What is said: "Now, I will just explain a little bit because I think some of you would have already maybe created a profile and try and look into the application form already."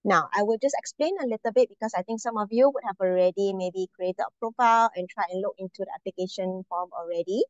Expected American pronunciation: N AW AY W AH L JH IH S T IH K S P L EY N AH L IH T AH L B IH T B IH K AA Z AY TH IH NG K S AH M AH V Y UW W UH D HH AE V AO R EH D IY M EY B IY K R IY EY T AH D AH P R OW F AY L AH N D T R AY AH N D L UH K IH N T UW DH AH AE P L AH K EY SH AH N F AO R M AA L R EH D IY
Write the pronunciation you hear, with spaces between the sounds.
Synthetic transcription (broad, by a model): N AW AY W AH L JH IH S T IH K S P L EY N AH L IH T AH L B IH T B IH K AA S AY T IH NG K S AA M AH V Y UW W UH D HH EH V AO R EH D IY M EY B IY K R IY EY T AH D AH P R OW F AY L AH N T R AY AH N L UH K IH N T UW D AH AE P L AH K EY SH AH N F AO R M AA L R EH D IY